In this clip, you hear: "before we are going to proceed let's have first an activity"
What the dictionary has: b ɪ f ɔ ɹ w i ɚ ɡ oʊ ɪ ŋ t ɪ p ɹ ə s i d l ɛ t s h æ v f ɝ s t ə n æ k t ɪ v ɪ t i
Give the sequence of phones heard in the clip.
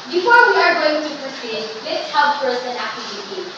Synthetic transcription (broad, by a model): b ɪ f ɔ ɹ w i ɚ ɡ oʊ ɪ ŋ t ɪ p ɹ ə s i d l ɛ t s h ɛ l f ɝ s ə n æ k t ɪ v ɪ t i